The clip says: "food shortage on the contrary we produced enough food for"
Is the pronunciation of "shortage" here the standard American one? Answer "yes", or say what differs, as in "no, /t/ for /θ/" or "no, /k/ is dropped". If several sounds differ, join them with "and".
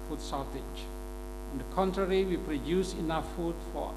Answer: no, /s/ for /ʃ/